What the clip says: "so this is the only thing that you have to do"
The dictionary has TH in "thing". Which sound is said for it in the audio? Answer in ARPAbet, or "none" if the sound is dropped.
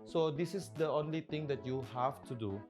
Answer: T